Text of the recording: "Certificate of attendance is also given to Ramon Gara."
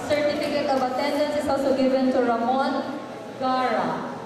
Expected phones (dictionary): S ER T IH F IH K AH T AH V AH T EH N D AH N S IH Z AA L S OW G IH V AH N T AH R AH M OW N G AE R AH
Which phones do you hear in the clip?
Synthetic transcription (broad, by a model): S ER T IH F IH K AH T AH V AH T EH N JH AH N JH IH S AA S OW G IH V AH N T AH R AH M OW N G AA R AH